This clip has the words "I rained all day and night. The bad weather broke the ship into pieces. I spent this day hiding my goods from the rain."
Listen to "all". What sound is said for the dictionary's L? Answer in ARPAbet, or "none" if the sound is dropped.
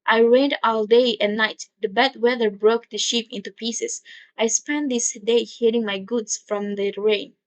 L